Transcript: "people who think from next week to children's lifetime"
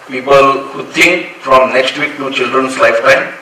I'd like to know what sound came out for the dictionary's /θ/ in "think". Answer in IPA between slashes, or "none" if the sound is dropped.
/t/